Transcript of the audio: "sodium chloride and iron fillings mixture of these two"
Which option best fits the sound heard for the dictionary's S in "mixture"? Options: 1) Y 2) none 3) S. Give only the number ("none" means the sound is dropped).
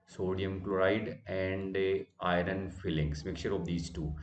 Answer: 2